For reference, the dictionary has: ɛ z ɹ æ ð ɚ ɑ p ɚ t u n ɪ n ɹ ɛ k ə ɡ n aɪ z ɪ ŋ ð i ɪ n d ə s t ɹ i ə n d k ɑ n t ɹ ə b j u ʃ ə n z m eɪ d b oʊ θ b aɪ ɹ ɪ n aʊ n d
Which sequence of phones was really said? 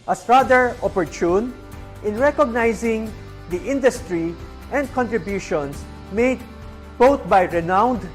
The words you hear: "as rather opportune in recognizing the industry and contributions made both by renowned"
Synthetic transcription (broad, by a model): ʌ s ɹ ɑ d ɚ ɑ p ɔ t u n ɪ n ɹ ɛ k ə ɡ n aɪ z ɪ ŋ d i ɪ n d ə s t ɹ i ə n d k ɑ n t ɹ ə b j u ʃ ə n s m eɪ d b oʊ t b aɪ ɹ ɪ n aʊ n d